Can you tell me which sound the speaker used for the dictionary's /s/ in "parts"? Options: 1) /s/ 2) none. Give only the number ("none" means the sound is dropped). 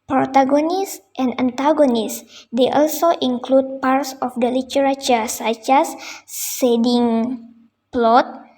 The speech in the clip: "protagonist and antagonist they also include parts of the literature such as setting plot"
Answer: 1